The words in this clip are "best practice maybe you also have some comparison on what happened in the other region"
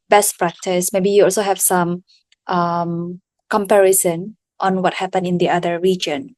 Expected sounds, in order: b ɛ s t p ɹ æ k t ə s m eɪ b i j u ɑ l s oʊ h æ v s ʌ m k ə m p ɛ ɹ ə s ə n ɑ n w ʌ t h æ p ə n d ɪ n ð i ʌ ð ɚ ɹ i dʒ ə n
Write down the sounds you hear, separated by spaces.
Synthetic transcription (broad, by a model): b ɛ s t p ɹ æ k t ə s m eɪ b i j u ɑ l s oʊ h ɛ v s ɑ m k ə m p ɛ ɹ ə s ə n ɑ n w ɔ t h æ p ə n ɪ n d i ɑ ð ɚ ɹ i dʒ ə n